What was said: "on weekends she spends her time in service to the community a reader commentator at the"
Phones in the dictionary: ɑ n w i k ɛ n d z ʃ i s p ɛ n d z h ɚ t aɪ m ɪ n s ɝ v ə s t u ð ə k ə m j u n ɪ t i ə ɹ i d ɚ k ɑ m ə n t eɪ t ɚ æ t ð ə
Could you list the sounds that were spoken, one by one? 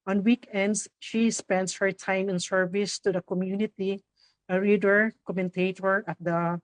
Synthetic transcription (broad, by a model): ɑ n w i k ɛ n d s ʃ i s p ɛ n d s h ɚ t aɪ m ɪ n s ɝ v ə s t u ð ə k ə m j u n ɪ t i ə ɹ i d ɚ k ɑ m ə n t eɪ t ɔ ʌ t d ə